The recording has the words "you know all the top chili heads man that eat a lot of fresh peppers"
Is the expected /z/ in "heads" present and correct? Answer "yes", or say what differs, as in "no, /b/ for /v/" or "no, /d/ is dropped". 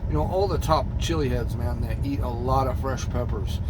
yes